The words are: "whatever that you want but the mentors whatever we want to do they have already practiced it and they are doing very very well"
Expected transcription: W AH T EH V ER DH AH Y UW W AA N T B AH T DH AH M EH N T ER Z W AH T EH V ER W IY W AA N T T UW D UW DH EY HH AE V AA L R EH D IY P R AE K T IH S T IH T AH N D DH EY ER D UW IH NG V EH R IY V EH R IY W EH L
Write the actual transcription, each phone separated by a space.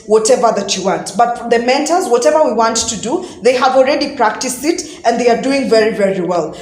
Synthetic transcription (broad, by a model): W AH T EH V ER DH AH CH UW W AA N T B AH T DH AH M EH N T ER Z W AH T EH V ER W IY W AA N T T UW D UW DH EY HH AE V AA L R EH D IY P R AE K T IH S T IH T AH N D DH EY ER D UW IH NG V EH R IY V EH R IY W EH L